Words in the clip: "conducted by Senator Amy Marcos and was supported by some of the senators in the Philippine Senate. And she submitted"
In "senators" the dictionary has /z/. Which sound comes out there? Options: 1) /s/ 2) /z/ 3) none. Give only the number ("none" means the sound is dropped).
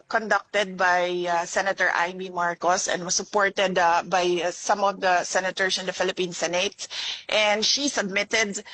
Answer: 1